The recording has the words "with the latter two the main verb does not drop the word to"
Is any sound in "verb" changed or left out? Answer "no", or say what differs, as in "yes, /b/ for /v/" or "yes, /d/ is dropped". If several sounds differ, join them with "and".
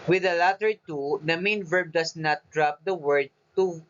no